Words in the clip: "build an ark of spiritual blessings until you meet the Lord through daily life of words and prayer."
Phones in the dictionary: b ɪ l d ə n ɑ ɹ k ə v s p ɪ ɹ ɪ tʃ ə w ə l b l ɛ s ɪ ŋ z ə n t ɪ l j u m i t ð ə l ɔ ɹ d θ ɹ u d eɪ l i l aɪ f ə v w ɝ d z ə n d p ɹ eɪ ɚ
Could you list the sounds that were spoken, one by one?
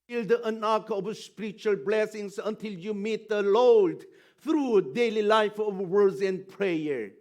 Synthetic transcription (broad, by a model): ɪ l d ə n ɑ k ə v s p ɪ ɹ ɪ tʃ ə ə l b l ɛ s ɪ ŋ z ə n t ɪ l j u m i t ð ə l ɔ l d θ ɹ u d eɪ l i l aɪ f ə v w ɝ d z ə n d p ɹ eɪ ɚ